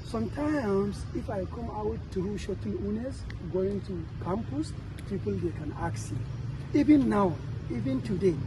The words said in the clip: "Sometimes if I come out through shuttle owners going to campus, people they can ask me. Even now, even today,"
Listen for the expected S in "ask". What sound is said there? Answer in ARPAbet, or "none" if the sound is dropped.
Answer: none